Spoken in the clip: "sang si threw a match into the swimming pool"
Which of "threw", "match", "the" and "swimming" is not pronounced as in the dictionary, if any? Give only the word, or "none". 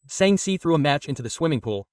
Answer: none